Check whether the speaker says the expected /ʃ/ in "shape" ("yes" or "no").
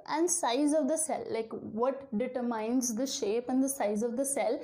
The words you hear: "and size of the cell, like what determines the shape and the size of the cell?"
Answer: yes